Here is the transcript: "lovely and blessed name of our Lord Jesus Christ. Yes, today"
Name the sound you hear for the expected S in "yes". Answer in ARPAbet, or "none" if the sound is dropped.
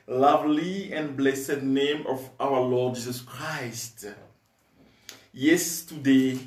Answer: S